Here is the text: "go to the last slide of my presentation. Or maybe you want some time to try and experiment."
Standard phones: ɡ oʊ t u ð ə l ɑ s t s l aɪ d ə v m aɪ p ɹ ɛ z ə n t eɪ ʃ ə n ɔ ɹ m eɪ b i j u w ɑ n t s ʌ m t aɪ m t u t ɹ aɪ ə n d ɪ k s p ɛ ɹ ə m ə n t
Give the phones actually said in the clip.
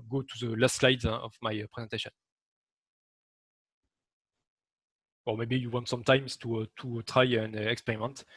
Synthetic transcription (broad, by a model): ɡ oʊ t u ð ə l ɑ s t s l aɪ d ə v m aɪ p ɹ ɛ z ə n t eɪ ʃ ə n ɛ l m eɪ b i j u w ɑ n t s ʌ m t aɪ m t u t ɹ aɪ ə n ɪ k s p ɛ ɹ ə m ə n t